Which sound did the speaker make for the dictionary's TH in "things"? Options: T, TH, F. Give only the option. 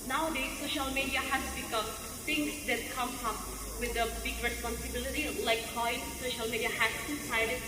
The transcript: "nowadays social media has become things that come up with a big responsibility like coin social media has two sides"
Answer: T